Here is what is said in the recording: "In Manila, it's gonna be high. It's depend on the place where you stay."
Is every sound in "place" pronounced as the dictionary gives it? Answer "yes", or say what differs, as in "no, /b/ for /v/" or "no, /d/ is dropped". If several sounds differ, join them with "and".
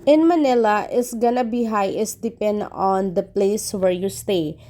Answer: yes